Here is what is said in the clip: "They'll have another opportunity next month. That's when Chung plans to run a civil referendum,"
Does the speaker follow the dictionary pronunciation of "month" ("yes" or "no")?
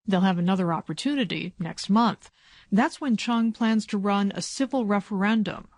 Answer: yes